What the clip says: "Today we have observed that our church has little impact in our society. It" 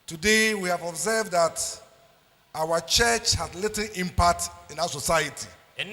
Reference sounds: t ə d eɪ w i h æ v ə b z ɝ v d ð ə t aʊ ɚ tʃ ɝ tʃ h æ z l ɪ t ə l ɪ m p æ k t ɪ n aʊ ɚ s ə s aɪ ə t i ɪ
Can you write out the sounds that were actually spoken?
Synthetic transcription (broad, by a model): t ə d eɪ w i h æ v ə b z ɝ v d ð ə t aʊ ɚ tʃ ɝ tʃ h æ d l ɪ t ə l ɪ m p æ k t ɪ n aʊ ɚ s ə s aɪ ə t i